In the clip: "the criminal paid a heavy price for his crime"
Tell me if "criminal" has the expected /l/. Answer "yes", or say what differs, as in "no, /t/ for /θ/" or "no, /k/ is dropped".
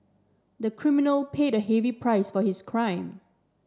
yes